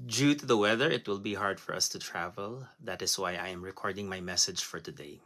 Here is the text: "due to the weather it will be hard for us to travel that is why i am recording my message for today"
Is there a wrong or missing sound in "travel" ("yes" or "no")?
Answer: no